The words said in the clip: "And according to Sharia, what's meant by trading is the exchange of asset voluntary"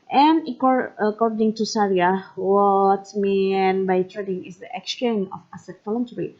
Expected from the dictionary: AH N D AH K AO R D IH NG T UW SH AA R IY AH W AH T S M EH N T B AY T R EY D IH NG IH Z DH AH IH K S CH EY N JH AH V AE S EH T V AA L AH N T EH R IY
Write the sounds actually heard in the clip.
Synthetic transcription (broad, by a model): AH N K AH K AO R D IH NG T UW S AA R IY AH W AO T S M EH N B AY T R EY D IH NG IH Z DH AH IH K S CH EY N AH F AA S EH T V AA L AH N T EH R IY